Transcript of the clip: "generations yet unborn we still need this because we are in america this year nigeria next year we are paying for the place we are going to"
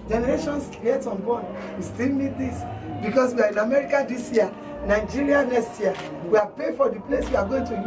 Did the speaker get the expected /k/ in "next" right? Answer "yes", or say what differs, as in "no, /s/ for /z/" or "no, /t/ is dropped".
no, /k/ is dropped